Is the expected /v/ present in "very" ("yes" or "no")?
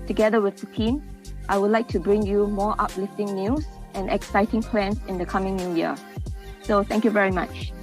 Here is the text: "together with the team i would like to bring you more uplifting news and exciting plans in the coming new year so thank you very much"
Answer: yes